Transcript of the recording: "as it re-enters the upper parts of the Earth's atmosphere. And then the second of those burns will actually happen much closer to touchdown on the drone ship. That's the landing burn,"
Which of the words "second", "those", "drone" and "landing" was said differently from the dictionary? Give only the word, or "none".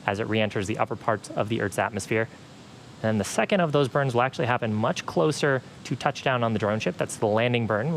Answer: none